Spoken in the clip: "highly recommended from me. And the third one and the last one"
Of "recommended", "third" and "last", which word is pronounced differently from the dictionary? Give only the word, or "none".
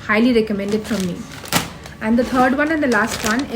third